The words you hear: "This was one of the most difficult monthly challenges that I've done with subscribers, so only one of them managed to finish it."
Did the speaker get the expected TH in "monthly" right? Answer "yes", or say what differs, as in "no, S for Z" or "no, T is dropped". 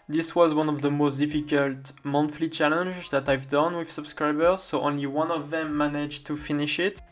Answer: no, F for TH